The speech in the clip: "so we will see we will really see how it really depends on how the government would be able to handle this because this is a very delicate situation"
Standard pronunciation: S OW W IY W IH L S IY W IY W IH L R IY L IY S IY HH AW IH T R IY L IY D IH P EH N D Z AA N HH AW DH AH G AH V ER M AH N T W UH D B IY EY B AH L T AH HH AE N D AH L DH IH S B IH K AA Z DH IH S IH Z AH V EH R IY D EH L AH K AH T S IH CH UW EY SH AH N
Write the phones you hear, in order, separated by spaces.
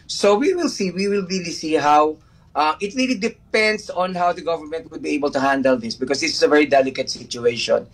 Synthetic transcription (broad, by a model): S OW W IY W IH L S IY W IY W IH L R IY L IY S IY HH AW IH T R IY L IY D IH P EH N D S AA N HH AW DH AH G AH V ER M AH N T W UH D B IY EY B AH L T AH HH AE N D AH L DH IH S B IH K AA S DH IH S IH S AH V EH R IY D EH L AH K AH T S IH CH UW EY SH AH N